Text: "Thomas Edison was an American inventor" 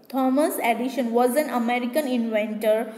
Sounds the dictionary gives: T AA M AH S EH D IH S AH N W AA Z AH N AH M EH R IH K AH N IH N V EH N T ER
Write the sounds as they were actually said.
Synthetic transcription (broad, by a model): T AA M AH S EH D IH SH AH N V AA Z AH N AH M EH R IH K AH N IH N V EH N T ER